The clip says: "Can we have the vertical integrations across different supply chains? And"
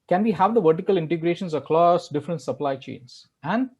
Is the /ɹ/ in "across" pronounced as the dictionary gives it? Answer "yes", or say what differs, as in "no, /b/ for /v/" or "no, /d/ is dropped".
no, /l/ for /ɹ/